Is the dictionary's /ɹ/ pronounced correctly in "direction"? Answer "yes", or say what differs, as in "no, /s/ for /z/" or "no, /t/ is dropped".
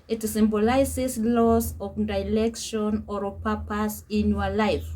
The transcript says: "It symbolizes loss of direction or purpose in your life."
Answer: no, /l/ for /ɹ/